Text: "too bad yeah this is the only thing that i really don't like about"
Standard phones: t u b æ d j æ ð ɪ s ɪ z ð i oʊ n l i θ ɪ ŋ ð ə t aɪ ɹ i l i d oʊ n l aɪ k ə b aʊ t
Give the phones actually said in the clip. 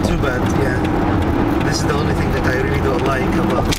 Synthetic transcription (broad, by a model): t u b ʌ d j æ ð ɪ s ɪ z ð i oʊ n l i θ ɪ ŋ ð ə t aɪ ɹ i l i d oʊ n l aɪ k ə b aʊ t